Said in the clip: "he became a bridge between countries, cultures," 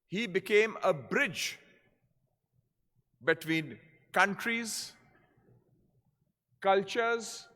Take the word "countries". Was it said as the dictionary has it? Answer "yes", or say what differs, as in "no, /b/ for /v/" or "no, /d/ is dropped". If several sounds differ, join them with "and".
yes